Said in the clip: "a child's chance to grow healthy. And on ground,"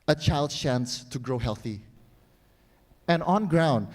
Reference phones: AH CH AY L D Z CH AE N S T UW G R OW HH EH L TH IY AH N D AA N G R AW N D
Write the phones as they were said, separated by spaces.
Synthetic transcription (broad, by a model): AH CH AY L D CH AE N S T UW G R OW HH EH L TH IY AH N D AA N G R AW N D